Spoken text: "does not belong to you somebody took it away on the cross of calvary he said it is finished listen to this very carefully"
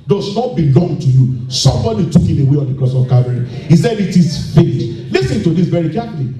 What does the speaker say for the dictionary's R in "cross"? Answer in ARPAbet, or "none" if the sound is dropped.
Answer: none